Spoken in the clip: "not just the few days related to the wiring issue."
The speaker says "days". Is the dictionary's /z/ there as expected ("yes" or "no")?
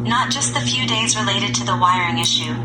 yes